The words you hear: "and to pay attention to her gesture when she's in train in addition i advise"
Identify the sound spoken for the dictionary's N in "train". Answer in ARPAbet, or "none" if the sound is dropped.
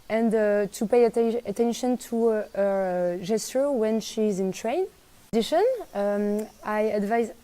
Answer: none